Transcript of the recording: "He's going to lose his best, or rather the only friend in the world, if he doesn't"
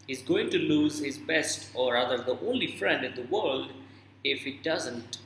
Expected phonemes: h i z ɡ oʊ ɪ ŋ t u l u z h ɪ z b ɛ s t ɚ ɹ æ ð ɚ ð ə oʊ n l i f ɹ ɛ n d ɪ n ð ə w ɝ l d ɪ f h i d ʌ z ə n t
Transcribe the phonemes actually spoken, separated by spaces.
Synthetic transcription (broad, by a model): h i z ɡ oʊ ɪ ŋ t u l u z h ɪ z b ɛ s t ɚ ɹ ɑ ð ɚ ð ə oʊ n l i f ɹ ɛ n d ɪ n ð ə w ɝ l d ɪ f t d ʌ z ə n t